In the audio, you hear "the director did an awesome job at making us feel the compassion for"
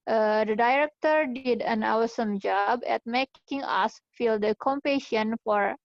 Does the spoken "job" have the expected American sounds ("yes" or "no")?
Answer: yes